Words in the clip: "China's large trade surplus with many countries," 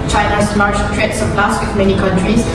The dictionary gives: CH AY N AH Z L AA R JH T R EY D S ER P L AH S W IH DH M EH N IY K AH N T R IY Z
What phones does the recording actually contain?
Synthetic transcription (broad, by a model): CH AY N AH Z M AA R SH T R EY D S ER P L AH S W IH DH M EH N IY K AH N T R IY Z